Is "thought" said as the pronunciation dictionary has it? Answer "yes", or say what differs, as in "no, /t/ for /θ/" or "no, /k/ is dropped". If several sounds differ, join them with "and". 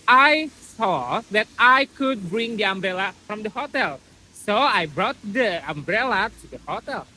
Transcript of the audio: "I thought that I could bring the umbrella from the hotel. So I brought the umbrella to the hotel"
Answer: no, /s/ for /θ/